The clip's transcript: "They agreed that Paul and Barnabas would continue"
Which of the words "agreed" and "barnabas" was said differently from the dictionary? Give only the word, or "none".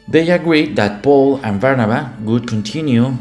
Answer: barnabas